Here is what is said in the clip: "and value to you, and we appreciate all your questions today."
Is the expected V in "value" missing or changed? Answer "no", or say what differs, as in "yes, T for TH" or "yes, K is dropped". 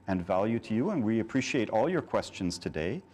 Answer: no